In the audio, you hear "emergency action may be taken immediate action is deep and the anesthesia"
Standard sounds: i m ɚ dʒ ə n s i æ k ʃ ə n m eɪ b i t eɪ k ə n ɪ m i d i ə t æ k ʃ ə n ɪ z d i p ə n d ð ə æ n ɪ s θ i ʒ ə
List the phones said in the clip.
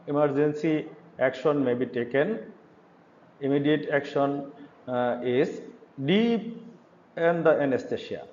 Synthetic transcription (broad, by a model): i m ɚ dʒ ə n s i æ k ʃ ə n m eɪ b i t eɪ k ə n ɪ m i d i ə t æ k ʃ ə n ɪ s d i ə n d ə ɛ n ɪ s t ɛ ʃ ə